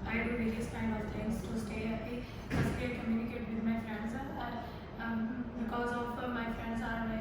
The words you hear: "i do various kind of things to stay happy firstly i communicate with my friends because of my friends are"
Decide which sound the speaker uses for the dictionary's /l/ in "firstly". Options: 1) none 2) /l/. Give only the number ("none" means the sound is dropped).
1